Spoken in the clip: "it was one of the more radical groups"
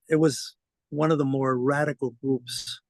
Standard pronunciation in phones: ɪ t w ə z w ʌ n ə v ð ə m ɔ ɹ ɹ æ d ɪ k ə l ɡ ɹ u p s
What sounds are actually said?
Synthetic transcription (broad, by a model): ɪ t w ə z w ʌ n ə v ð ə m ɔ ɹ ɹ æ d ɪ k l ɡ ɹ u p s